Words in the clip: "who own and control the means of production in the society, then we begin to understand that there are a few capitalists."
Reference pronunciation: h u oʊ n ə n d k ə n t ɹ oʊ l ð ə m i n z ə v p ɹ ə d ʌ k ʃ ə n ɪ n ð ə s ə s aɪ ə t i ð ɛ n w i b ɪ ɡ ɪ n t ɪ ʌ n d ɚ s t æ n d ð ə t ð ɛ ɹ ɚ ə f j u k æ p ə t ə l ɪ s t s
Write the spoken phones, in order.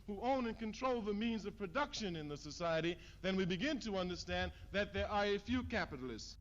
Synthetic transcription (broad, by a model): h u oʊ n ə n k ə n t ɹ oʊ l ð ə m i n z ə v p ɹ ə d ʌ k ʃ ə n ɪ n ð ə s ə s aɪ ə t i ð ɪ n w i b ɪ ɡ ɪ n t ɪ ʌ n d ɚ s t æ n ð ə t ð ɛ ɹ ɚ ə f j u k æ p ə t l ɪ s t s